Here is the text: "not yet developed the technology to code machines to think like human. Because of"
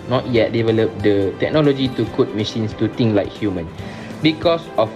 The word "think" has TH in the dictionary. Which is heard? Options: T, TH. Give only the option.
T